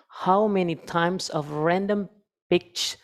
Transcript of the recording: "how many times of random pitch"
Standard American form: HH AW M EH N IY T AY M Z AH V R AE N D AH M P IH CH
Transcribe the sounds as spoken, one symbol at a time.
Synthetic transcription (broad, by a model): HH AW M EH N IY T AY M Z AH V R AE N D AH M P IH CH